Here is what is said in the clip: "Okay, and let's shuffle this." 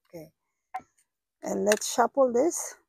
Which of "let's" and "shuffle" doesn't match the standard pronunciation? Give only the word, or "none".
shuffle